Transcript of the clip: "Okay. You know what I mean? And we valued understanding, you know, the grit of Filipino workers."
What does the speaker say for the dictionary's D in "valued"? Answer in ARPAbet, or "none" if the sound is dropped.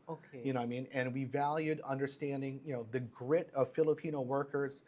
D